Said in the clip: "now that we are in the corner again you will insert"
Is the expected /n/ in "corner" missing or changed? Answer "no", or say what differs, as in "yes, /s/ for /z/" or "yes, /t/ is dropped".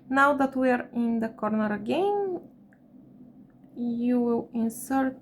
no